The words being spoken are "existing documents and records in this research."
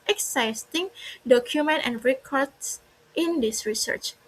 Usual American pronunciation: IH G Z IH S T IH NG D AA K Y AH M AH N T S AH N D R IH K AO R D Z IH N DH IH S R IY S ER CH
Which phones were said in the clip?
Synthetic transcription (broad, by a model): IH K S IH S T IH NG D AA K Y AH M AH N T AH N R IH K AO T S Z IH N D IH S R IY S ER CH